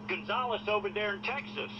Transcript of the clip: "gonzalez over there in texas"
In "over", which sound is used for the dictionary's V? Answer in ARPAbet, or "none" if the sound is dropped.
P